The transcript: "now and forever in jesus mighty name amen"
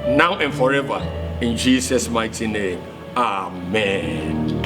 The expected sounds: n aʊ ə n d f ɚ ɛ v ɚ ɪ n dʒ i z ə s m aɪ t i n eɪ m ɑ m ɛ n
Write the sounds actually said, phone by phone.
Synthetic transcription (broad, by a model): n aʊ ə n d f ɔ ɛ v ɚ ɪ n dʒ i s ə s m aɪ t i n eɪ m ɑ m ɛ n